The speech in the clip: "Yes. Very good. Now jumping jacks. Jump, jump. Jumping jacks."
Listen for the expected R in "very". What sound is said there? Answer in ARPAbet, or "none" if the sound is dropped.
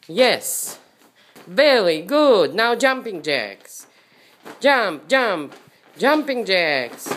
L